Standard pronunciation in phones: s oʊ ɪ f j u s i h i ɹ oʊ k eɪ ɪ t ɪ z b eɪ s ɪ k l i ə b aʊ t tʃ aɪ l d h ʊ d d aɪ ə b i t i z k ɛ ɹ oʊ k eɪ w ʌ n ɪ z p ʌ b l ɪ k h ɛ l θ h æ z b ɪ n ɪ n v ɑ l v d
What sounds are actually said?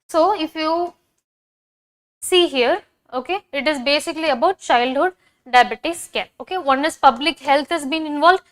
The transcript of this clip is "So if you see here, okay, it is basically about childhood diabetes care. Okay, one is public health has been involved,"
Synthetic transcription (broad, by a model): s oʊ ɪ f j u s i h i ɹ oʊ k eɪ ɪ t ɪ z b eɪ s ɪ k l i ə b aʊ t tʃ aɪ l d h ʊ d d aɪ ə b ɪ t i s k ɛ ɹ oʊ k eɪ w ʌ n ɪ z p ʌ b l ɪ k h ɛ l t h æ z b ɪ n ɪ n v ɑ l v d